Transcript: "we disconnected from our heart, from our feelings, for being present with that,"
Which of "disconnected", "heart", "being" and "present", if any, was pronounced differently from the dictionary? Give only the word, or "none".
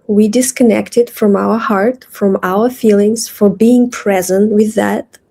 none